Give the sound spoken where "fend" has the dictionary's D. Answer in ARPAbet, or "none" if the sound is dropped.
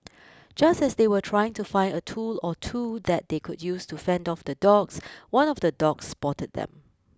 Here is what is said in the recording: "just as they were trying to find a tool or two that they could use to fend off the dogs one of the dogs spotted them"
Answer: D